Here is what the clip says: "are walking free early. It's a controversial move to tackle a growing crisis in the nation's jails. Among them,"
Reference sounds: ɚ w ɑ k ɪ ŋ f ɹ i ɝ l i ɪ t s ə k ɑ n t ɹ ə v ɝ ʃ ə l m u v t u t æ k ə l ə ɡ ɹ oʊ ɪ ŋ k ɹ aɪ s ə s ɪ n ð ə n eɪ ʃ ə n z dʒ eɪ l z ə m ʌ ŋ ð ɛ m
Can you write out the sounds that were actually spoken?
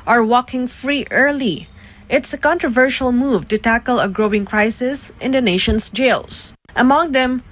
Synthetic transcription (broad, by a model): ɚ w ɑ k ɪ ŋ f ɹ i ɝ l i ɪ t s ə k ɑ n t ɹ ə v ɝ ʃ ə l m u v t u t æ k ə l ə ɡ ɹ oʊ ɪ ŋ k ɹ aɪ s ə s ɪ n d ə n eɪ ʃ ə n s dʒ eɪ l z ə m ʌ ŋ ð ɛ m